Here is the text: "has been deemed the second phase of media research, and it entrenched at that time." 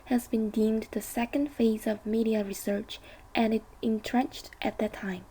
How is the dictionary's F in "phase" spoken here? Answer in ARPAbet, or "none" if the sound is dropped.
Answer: F